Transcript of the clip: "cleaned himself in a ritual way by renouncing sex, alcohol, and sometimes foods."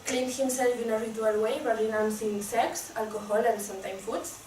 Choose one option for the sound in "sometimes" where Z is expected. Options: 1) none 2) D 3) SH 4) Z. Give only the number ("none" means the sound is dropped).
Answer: 1